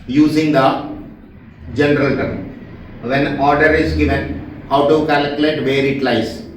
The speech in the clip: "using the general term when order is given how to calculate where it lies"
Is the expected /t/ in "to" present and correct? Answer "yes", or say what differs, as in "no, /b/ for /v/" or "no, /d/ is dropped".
yes